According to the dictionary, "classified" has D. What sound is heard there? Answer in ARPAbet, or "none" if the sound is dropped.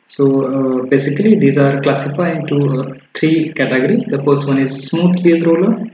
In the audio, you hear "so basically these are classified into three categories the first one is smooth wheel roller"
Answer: none